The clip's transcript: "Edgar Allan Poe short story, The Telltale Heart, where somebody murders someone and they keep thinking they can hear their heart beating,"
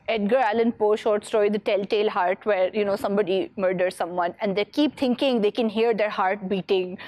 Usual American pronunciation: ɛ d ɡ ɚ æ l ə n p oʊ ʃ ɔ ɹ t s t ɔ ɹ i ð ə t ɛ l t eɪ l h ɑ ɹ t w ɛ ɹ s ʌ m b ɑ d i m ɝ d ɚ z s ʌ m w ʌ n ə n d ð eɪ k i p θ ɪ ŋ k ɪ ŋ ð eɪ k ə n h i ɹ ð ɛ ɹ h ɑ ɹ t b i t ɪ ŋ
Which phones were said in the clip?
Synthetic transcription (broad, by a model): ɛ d ɡ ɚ æ l ə n p oʊ ʃ ɔ ɹ t s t ɔ i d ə t ɛ l t eɪ l h ɑ ɹ t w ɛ ɹ s ʌ m b ɑ d i m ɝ d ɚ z s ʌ m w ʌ n ə n d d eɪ k i p t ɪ ŋ k ɪ ŋ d eɪ k ə n h i ɹ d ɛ ɹ h ɑ ɹ t b i t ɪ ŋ